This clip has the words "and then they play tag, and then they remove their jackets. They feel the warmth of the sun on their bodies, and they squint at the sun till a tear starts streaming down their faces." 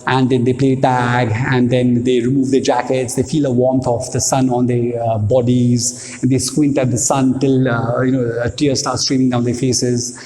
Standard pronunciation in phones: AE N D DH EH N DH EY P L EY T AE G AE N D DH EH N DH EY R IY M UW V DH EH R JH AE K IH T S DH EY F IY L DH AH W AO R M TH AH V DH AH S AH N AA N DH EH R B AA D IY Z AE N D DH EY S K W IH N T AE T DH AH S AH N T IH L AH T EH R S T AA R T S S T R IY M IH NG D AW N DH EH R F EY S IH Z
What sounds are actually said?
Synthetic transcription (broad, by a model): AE N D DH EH N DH EY P L EY T AE G AE N D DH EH N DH EY R IY M UW V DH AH JH AE K IH T S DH EY F IY L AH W AO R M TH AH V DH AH S AH N AA N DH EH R B AA D IY Z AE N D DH EY S K W IH N T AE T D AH S AH N T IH L AH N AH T S T AA R T S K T R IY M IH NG D AW N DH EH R F EY S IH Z